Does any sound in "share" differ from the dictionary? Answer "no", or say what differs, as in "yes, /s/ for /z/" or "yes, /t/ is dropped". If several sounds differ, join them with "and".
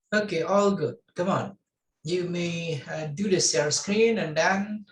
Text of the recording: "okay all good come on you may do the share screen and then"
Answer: yes, /s/ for /ʃ/